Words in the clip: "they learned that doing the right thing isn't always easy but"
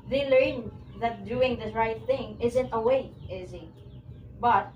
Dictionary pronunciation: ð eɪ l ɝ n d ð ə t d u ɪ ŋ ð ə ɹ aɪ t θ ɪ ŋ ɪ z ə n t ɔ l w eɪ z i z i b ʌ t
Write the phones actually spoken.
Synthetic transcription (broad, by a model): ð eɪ l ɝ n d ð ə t d u ɪ ŋ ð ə ɹ aɪ t θ ɪ ŋ ɪ z ə n t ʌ w eɪ ɪ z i b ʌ t